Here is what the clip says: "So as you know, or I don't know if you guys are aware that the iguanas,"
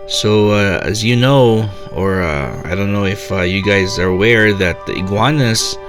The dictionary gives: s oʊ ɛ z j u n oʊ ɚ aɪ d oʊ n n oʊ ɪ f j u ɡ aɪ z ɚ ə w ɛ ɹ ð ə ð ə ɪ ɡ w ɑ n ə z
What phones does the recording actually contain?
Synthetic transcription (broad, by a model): s oʊ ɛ z j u n oʊ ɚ aɪ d oʊ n n oʊ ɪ f j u ɡ aɪ z ɚ ə w ɛ ɹ ð ə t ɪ ɡ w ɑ n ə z